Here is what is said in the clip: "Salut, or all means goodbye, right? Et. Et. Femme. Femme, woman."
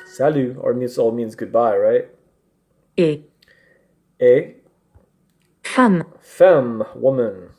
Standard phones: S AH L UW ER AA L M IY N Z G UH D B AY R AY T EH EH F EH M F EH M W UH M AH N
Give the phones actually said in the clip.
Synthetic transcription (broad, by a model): S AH L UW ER AA L M IY N Z G UH D B AY R AY T EH EH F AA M F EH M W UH M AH N